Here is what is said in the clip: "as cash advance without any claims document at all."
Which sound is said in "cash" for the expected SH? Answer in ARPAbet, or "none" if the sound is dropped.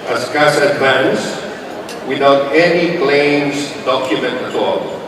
S